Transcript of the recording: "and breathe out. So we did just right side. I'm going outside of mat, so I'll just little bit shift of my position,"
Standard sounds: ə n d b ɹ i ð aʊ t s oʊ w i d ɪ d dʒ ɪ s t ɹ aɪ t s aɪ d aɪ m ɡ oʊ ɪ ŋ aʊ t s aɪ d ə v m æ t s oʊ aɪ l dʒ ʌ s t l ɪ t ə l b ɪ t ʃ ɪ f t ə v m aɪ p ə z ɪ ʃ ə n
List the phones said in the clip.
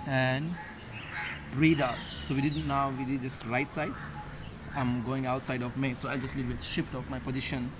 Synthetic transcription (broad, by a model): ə n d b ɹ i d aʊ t s oʊ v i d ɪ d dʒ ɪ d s ɹ aɪ t s aɪ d aɪ m ɡ oʊ ɪ ŋ aʊ t s aɪ d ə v m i s oʊ aɪ l dʒ ʌ s t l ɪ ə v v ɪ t ʃ ɪ f t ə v m aɪ p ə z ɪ ʃ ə n